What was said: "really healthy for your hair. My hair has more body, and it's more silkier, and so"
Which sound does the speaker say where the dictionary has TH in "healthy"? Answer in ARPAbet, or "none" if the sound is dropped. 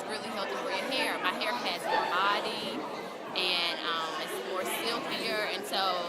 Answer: T